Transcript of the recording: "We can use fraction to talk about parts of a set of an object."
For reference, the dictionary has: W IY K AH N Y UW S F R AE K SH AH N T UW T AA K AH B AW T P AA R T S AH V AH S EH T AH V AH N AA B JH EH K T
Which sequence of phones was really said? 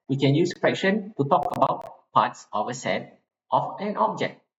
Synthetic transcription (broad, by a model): W IY K AH N Y UW S P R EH K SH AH N T UW T AA K AH B AW T P AA T S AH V AH S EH T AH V AH N AA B JH EH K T